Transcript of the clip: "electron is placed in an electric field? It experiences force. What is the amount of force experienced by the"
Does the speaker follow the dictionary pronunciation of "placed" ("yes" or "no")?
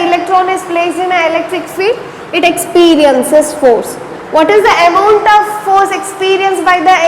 no